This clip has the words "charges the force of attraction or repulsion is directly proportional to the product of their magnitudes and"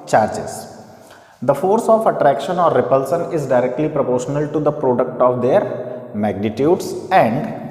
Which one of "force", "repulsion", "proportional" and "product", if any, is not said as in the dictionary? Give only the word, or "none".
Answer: repulsion